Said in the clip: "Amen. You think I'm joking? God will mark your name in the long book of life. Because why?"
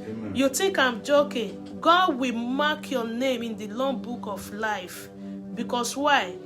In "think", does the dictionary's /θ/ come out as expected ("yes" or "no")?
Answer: no